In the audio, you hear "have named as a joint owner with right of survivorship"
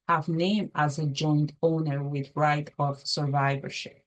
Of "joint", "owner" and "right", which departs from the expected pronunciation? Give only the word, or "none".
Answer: none